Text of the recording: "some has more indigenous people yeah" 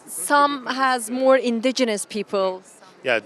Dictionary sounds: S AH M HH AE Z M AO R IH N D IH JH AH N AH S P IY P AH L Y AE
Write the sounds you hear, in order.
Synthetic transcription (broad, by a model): S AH M HH AE Z M AO R IH N D IH JH AH N AH S P IY P AH L Y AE